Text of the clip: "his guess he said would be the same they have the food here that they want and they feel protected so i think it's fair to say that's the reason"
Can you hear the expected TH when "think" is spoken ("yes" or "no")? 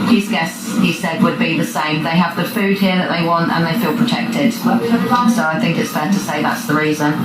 yes